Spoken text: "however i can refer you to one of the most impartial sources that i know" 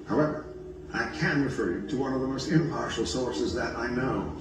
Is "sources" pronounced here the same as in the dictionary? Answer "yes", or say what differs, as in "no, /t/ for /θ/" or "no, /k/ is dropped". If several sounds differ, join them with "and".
yes